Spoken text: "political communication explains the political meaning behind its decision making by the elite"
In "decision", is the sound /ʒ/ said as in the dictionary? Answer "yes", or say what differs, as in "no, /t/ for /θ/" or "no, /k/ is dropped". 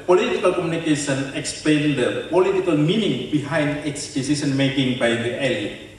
no, /s/ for /ʒ/